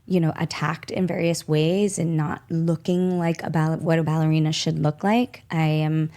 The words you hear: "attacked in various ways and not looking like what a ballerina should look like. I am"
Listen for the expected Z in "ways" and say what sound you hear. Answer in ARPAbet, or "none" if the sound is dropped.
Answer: Z